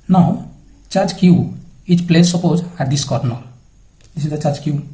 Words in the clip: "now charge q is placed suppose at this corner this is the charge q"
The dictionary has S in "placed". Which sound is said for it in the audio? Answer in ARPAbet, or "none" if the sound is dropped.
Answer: none